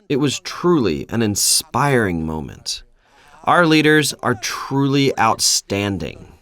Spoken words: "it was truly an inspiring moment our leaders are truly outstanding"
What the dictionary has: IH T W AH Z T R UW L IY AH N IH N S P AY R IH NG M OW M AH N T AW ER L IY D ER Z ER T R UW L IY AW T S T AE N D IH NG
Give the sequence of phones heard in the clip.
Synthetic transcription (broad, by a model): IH T W AH Z T R UW L IY AH N IH N S P AY R IH NG M OW M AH N T AW ER L IY D ER Z ER T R UW L IY AW T S T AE N D IH NG